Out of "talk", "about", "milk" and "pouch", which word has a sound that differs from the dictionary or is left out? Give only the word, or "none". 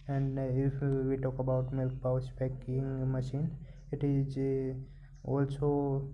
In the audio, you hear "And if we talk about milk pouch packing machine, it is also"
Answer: pouch